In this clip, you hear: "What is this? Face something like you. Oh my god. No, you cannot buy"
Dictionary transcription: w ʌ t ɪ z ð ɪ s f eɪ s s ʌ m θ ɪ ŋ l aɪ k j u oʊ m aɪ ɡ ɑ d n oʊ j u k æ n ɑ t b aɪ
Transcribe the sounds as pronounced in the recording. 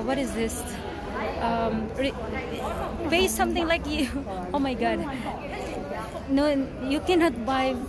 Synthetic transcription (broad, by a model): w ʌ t ɪ z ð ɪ s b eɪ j s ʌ m t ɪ ŋ l aɪ k j u oʊ m aɪ ɡ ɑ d n oʊ j u k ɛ n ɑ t b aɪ